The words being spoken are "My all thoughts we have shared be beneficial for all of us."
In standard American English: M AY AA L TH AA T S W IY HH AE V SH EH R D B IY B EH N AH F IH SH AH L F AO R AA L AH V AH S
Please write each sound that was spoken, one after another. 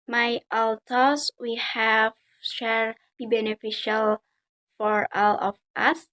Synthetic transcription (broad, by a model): M AY AA L T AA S W IY HH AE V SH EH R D B IY B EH N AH F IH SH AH L F AO R AA L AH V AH S